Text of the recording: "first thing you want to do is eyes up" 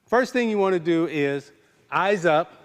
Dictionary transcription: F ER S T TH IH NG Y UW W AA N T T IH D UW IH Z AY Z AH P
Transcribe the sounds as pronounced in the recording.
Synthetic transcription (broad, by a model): F ER S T TH IH NG Y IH W AA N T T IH D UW IH Z AY Z AH P